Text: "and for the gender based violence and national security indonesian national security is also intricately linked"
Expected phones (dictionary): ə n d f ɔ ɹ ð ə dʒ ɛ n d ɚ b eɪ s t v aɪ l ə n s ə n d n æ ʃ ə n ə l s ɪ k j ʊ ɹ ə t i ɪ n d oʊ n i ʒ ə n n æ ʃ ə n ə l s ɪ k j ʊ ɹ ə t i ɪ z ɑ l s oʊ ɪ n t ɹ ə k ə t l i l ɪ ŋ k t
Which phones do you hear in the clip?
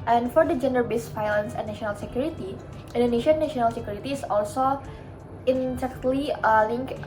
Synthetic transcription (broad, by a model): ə n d f ɔ ɹ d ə dʒ ɛ n d ɚ b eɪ s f aɪ l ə n s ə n n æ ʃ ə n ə l s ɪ k j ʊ ɹ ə t i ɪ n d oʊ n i ʃ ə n n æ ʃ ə n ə l s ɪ k j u ɹ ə t i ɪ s ɑ l s oʊ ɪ n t ə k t l i l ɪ ŋ k